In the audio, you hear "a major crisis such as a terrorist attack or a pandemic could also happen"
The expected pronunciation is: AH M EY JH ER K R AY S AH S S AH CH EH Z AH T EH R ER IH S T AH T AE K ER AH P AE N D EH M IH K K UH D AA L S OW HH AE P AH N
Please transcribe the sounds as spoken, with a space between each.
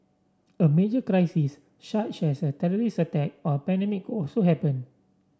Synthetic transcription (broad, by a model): AH M EY JH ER K R AY S AH S SH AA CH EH S AH T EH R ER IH S AH T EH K AH P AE N D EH M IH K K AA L S OW HH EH P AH N